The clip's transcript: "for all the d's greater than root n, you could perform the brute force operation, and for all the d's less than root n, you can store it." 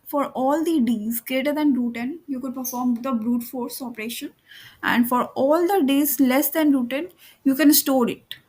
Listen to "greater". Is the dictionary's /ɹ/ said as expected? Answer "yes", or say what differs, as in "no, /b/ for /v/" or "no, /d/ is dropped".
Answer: yes